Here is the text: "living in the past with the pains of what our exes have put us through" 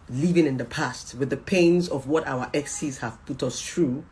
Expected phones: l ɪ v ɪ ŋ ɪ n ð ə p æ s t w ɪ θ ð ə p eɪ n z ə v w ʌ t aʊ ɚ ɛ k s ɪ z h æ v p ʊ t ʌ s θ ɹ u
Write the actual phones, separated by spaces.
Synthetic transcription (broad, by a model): l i v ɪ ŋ ɪ n ð ə p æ s t w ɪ ð ə p eɪ n z ə v w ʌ t aʊ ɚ ɛ k s ɪ z h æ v p ʊ t ʌ s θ ɹ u